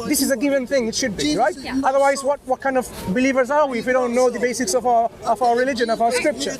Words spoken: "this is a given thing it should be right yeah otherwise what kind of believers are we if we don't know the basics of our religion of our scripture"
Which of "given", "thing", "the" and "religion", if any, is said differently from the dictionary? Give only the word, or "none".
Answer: none